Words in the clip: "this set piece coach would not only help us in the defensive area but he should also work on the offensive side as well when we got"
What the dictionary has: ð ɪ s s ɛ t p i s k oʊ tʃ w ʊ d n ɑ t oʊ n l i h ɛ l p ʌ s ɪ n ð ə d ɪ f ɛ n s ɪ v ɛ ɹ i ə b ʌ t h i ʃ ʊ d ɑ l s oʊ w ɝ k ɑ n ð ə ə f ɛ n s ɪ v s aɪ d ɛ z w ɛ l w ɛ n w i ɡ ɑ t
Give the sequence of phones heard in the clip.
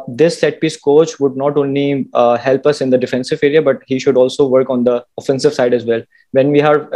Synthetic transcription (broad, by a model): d ɪ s s ɛ t p i s k oʊ tʃ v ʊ d n ɑ t oʊ n l i h ɛ l p ʌ s ɪ n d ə d ɪ f ɛ n s ɪ v ɛ ɹ i ə b ʌ t h i ʃ ʊ d ɑ l s oʊ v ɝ k ɑ n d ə ə f ɛ n s ɪ v s aɪ d ɛ z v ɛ l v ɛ n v i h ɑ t